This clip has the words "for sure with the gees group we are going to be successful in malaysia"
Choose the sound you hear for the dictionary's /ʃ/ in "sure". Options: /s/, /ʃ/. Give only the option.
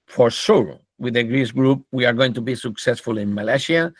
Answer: /s/